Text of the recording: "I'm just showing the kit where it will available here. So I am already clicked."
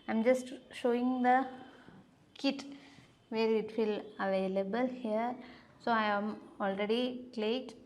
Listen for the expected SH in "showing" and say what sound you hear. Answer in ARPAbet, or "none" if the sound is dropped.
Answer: SH